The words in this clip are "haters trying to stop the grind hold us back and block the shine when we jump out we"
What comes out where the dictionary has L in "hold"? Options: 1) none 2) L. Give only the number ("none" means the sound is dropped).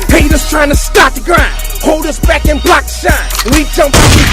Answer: 2